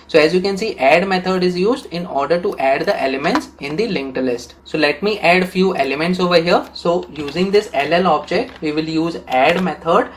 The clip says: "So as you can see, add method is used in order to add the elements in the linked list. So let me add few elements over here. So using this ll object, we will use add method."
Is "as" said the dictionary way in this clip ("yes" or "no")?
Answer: yes